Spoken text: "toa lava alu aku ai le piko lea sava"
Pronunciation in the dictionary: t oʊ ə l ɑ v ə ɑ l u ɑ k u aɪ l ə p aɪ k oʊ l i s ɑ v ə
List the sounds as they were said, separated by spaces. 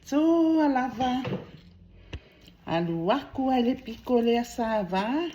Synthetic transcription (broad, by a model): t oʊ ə l ɑ v ə ɑ l u ɑ k u aɪ l ə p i k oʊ l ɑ s ɑ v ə